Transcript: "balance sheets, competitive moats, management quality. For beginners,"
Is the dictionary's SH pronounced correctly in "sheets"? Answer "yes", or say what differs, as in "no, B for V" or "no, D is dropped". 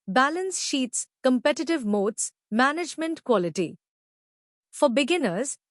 yes